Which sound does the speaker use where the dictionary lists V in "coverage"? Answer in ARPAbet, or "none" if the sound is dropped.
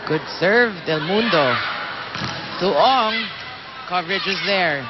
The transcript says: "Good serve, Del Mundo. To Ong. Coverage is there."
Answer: V